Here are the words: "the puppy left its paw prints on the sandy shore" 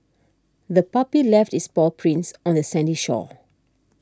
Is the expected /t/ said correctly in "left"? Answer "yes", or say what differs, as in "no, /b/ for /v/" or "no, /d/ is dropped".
yes